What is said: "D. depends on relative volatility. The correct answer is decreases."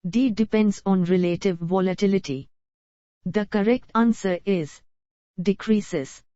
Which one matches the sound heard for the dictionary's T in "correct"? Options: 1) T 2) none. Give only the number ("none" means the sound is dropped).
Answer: 1